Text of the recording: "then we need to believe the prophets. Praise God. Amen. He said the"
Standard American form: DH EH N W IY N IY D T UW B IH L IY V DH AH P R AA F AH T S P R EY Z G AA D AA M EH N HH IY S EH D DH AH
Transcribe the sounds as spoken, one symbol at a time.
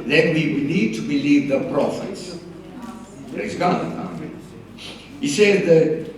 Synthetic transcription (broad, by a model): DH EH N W IY N IY D T UW B IH L IY V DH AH P R AA F AH T S B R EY S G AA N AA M HH IY S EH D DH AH